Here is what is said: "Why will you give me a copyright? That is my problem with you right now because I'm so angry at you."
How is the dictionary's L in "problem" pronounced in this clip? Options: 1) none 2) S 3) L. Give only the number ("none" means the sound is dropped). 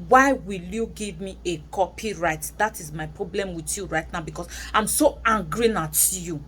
3